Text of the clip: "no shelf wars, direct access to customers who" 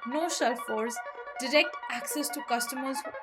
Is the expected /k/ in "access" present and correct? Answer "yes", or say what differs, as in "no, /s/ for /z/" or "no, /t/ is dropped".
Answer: yes